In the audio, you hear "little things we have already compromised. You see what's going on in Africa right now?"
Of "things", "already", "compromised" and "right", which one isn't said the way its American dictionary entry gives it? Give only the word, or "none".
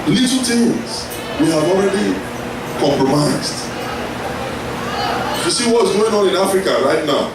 things